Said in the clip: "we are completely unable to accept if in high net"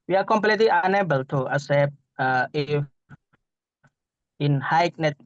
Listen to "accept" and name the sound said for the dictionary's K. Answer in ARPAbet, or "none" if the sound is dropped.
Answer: none